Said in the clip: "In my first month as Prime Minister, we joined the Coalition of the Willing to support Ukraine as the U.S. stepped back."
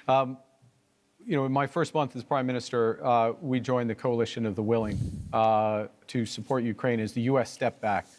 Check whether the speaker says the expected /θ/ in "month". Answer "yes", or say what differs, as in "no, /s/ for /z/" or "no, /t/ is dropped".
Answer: yes